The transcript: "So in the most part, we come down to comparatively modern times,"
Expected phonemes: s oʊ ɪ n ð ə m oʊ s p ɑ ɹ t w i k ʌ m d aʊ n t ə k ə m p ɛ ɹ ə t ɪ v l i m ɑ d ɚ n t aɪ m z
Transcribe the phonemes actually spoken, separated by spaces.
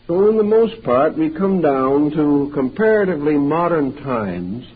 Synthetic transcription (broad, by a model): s oʊ ɪ n ð ə m oʊ s p ɑ ɹ t w i k ʌ m d aʊ n t ə k ə m p ɛ ɹ ə t ɪ v l i m ɑ d ɚ n t aɪ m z